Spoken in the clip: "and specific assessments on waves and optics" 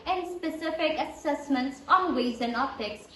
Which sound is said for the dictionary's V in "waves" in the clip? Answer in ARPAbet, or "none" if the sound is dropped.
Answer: none